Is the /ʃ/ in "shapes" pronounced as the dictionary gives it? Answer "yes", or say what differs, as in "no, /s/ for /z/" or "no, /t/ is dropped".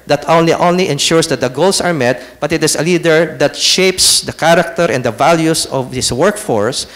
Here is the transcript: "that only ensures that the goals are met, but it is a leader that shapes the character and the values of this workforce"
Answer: yes